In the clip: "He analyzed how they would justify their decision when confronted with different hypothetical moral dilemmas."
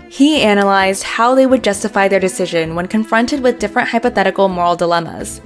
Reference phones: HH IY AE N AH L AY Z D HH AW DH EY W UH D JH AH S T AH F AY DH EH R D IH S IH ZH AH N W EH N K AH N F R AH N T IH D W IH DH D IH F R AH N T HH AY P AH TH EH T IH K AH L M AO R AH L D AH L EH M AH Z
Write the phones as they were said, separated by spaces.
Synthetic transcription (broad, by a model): HH IY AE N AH L AY Z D HH AW DH EY W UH D JH AH S T AH F AY DH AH R D IH S IH ZH AH N W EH N K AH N F R AH N T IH D W IH DH D IH F R AH N T HH AY P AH TH EH T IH K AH L M AO R L D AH L EH M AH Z